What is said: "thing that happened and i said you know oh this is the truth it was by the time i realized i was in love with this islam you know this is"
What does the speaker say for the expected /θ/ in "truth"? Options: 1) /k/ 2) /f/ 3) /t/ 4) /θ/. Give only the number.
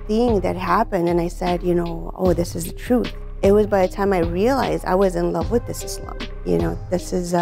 4